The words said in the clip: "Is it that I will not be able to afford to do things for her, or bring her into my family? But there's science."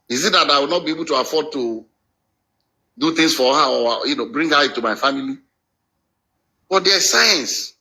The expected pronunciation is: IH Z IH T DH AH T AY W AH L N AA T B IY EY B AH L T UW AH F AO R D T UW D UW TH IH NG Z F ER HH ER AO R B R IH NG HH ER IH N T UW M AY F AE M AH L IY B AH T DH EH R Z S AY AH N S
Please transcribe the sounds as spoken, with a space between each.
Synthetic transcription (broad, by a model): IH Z IH T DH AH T AY W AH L N AA T B IY EY B AH L T UW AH F AO D T UW D UW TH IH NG S F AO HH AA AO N B R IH NG HH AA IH T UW M AY F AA M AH L IY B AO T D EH S AY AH N S